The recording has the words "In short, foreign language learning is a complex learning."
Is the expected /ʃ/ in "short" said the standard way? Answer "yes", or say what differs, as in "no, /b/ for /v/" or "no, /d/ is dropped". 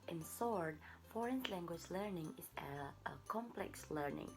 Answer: no, /s/ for /ʃ/